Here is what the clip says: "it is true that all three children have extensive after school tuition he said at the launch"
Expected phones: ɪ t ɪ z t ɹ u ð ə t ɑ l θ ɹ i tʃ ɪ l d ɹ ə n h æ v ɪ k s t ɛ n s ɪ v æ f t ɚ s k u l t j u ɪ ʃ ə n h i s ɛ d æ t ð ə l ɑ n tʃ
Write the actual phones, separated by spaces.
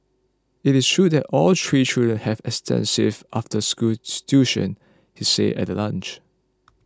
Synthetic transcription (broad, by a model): ɪ t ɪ s t ɹ u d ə t ɑ l t ɹ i tʃ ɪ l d ɹ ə n h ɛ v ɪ k s t ɛ n s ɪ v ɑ f t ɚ s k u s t j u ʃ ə n h i s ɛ ɛ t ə l ɑ n tʃ